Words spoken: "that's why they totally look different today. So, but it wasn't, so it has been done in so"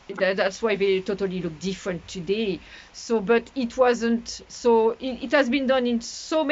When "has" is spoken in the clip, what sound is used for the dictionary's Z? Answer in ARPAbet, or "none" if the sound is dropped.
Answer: Z